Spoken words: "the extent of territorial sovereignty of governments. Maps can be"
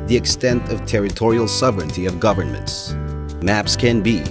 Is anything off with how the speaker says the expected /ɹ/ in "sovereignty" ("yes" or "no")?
no